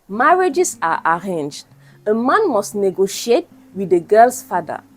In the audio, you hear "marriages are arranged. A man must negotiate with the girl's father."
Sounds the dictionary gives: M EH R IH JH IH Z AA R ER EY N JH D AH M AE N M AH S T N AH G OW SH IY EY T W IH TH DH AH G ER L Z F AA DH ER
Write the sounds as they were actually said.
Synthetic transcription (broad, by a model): M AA R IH JH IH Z AA R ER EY N JH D AH M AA N M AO S T N AH G OW SH IY EY T W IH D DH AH G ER L S F AA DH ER